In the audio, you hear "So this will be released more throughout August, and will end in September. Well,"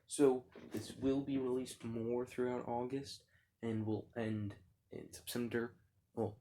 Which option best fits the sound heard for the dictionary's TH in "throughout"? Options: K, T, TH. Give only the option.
TH